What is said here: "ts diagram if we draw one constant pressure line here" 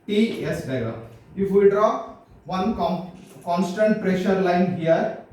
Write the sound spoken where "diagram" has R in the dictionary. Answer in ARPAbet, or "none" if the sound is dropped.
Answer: none